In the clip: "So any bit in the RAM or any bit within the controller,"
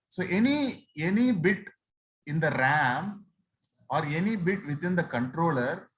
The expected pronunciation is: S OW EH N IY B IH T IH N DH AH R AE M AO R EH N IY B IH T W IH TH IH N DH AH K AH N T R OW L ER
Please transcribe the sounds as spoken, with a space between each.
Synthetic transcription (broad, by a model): S OW EH N IY B IH T IH N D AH R AE M AO R EH N IY B IH T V IH T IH N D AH K AH N T R OW L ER